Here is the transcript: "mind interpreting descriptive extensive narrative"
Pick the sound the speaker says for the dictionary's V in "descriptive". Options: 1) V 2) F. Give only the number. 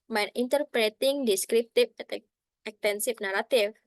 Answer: 2